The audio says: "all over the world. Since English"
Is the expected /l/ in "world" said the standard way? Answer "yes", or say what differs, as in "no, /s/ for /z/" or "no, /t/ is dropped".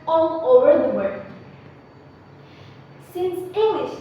no, /l/ is dropped